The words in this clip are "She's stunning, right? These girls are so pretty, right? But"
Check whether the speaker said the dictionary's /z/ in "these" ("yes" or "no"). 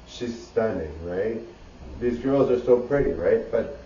yes